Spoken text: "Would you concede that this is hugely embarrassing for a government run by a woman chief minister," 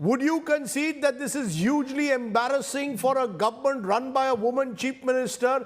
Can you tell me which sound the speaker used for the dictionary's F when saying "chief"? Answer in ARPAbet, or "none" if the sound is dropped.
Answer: P